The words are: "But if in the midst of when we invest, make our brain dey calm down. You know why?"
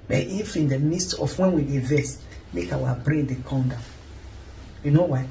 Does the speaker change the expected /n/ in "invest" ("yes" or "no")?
yes